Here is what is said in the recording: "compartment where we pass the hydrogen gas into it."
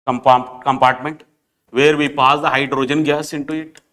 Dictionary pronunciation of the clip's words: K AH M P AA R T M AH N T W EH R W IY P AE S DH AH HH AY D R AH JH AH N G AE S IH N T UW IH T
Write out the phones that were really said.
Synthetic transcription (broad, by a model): K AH M P AA R T M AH N T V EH R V IY P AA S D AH HH AY D R AH JH AH N G AE S IH N T UW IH T